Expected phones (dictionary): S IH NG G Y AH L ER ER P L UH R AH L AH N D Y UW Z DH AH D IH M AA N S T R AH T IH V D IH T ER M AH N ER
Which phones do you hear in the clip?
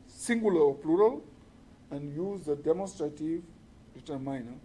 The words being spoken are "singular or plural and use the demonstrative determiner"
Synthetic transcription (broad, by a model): S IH NG G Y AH L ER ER P L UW R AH L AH N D Y UW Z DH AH D IH M AA N S T R AH T IH V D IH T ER M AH N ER